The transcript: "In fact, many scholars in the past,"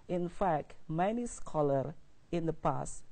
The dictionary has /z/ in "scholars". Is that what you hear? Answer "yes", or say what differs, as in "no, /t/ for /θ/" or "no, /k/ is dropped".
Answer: no, /z/ is dropped